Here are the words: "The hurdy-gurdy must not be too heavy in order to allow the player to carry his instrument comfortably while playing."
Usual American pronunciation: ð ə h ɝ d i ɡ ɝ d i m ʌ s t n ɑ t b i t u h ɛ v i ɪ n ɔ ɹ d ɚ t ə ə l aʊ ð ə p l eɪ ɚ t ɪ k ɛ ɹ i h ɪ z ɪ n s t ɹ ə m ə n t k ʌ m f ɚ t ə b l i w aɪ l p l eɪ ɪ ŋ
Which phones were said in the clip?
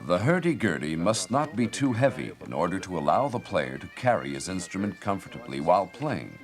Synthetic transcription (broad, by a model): ð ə h ɝ d i ɡ ɝ d i m ʌ s t n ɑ t b i t u h ɛ v i ɪ n ɔ ɹ d ɚ t ə ə l aʊ ð ə p l eɪ ɚ t ɪ k ɛ ɹ i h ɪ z ɪ n s t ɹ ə m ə n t k ʌ m f ɚ t ə b l i w aɪ l p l eɪ ɪ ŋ